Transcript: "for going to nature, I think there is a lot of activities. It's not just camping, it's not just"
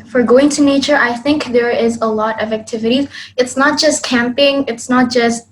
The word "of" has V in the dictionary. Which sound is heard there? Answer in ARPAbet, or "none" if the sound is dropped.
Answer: V